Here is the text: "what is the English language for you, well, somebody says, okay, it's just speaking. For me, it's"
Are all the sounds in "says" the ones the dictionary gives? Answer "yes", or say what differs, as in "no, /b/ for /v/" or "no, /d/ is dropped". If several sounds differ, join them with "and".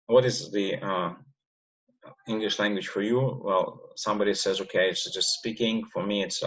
yes